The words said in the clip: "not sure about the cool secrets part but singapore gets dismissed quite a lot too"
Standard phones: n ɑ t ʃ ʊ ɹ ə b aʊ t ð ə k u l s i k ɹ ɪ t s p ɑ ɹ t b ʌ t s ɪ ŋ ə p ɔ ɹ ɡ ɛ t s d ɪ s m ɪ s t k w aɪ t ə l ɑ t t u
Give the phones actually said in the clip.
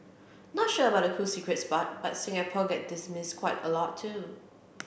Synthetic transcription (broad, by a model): n ɑ t ʃ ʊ ə b aʊ t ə k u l s i k ɹ ɪ t s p ɑ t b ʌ t s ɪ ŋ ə p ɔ ɡ ɛ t d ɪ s m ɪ s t k w aɪ t ə l ɑ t t u